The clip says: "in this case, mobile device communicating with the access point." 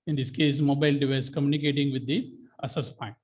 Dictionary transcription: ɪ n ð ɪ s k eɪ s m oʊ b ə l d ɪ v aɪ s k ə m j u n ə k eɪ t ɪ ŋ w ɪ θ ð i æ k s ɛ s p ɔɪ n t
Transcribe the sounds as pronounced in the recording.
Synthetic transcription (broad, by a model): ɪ n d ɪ s k eɪ s m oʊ b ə l d ɪ v aɪ s k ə m j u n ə k eɪ t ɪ ŋ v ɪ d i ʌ s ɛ s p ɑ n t